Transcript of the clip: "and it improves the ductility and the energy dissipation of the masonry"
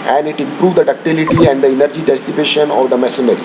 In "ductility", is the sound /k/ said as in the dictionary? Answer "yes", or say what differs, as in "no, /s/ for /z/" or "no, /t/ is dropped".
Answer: yes